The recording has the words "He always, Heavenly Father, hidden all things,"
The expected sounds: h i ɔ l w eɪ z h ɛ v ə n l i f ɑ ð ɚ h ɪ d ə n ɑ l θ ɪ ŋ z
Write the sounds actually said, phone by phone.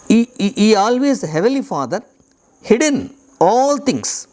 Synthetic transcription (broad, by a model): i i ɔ l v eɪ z h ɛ v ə l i f ɑ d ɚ h ɪ d ə n ɑ l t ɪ ŋ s